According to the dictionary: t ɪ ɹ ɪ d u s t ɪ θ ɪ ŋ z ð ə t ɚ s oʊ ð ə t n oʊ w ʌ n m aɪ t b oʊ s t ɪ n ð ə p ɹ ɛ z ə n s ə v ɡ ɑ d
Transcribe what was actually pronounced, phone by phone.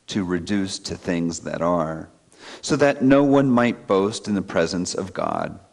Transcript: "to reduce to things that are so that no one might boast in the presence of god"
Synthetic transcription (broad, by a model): t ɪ ɹ ɪ d u s t ɪ θ ɪ ŋ z ð ə t ɚ s oʊ ð ə t n oʊ w ʌ n m aɪ t b oʊ s t ɪ n ð ə p ɹ ɛ z ə n s ə v ɡ ɑ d